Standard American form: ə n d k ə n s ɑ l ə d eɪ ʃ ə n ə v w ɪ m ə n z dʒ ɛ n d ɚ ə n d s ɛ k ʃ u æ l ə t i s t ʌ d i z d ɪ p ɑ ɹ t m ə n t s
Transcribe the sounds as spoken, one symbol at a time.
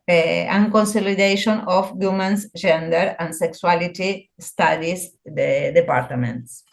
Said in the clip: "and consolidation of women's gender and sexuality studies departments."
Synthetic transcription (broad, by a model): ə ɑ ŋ k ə n s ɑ l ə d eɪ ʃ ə n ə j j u m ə n s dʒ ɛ n d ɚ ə n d s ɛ k s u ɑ l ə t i s t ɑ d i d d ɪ p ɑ ɹ t m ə n t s